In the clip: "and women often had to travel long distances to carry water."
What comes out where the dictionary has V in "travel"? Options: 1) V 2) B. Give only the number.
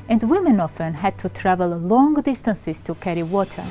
1